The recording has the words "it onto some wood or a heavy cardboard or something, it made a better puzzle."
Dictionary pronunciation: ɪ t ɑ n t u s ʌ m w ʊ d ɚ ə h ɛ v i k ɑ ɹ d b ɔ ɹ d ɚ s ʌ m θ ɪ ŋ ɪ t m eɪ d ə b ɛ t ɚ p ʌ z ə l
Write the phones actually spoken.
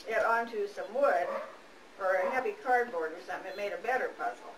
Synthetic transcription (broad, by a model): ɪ t ɑ n t u s ʌ m w ʊ d ɚ ə h ɛ v i k ɑ ɹ d b ɔ ɹ d ɚ s ʌ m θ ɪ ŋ ɪ t m eɪ d ə b ɛ t ɚ p ʌ z l